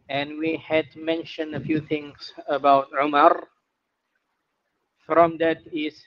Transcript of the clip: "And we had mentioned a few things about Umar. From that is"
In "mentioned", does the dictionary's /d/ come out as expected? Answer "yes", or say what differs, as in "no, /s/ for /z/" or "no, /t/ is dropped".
yes